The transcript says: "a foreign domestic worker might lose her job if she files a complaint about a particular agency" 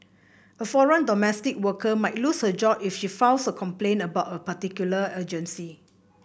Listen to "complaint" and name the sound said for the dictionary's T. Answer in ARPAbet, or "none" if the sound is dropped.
none